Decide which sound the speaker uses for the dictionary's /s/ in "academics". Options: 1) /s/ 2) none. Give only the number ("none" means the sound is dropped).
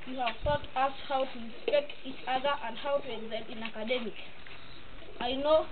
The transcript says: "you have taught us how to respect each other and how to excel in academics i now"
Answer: 2